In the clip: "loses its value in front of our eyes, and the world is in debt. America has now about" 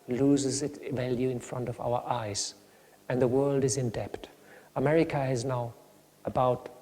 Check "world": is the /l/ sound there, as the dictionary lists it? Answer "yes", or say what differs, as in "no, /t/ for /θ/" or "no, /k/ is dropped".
yes